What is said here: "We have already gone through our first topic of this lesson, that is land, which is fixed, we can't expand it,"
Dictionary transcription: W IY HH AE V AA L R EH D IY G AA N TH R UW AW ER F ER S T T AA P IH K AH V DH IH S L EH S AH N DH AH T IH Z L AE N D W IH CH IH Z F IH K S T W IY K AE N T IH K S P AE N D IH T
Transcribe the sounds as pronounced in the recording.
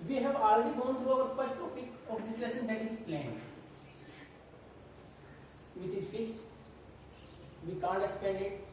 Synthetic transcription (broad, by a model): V IY HH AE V AA L R EH D IY G AA N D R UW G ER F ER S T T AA IH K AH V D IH S L EH S AH N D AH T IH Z L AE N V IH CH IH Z F IH K S T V IY K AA N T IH K S P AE N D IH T